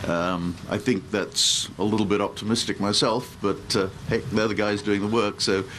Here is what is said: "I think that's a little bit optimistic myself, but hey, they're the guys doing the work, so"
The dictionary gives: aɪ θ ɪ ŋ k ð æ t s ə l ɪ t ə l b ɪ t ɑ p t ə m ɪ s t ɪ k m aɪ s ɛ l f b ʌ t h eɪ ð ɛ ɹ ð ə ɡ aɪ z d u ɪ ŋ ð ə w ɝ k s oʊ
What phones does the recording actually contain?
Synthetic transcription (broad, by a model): aɪ θ ɪ ŋ k ð æ t s ə l ɪ t l b ɪ t ɑ p t ə m ɪ s t ɪ k m aɪ s ɛ l f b ʌ t h eɪ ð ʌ ð ə ɡ aɪ z d u ɪ ŋ ð ə w ɝ k s oʊ